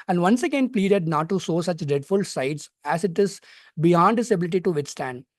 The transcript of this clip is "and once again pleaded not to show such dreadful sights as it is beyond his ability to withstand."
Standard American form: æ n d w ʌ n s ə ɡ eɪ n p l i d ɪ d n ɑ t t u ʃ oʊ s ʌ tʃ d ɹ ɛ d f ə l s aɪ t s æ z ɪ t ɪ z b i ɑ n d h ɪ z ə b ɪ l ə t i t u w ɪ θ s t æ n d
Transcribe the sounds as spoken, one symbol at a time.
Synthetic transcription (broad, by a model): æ n d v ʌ n s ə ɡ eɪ n p l i d ɪ d n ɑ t t u s oʊ s ʌ tʃ d ɹ ɛ d f ə l s aɪ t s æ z ɪ t ɪ z b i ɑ n d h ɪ s ə b ɪ l ə t i t u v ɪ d s t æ n d